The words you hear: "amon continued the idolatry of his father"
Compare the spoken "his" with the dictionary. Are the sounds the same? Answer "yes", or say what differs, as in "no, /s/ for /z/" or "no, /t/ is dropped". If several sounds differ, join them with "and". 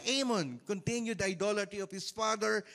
no, /s/ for /z/